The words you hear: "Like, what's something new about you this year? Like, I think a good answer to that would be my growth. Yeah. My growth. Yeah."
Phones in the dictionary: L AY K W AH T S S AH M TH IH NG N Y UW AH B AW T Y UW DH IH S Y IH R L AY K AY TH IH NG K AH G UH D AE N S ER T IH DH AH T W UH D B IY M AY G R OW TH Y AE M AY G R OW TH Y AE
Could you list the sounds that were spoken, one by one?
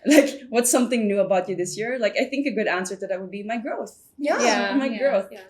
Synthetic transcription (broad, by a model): L AY K W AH T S S AH M TH IH NG N Y UW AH B AW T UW DH IH S Y IH R L AY K AY TH IH NG K AH G UH D AE N S ER T IH DH AH T W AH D B IY M AY G R OW TH Y AE M AY G R OW TH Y